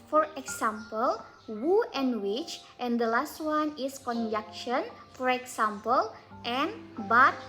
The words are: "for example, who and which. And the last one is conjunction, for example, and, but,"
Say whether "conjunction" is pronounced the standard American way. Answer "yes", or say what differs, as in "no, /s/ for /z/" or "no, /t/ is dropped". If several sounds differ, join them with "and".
no, /ŋ/ is dropped